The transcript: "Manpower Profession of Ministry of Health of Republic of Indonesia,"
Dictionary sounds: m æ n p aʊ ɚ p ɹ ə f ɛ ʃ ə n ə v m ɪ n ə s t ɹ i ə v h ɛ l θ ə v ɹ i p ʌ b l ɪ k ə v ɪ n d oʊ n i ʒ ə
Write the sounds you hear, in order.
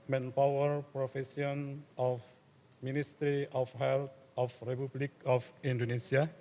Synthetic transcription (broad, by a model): m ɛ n p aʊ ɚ p ɹ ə f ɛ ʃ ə n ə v m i n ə s t ɹ i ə f h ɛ l t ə f ɹ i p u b l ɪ k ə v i n d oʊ n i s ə